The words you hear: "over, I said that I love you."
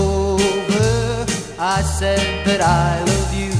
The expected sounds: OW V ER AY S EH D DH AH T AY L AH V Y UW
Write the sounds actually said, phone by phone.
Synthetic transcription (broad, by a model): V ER AY S EH D DH AH T AY W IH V Y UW